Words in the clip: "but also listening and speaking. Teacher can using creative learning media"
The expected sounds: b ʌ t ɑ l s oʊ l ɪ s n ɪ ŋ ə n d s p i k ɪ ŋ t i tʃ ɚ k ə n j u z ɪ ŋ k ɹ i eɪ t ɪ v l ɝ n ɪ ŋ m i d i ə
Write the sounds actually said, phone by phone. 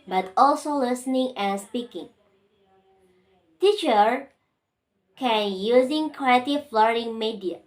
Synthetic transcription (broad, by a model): b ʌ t ɑ l s oʊ l ɪ s n ɪ ŋ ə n s p i k ɪ ŋ t i tʃ ɚ k ə n j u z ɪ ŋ k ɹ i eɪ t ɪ f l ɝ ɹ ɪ ŋ m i d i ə